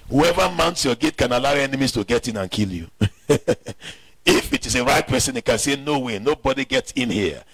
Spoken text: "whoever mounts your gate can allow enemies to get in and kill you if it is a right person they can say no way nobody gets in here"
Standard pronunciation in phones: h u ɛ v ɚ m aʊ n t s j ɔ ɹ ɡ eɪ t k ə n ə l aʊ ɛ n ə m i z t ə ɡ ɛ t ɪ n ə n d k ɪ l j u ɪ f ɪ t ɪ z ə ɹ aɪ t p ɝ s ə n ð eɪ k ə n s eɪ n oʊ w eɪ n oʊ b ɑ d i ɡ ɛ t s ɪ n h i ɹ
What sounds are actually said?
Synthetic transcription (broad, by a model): h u ɛ v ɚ m aʊ n t s j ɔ ɡ eɪ t k ə n ə l aʊ ɛ n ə m i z t ə ɡ ɛ t ɪ n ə n k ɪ l j u ɪ f ɪ t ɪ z ə ɹ aɪ t p ɝ s ə n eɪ k ə n s eɪ n oʊ w eɪ n oʊ b ɑ d i ɡ ɛ t s ɪ n h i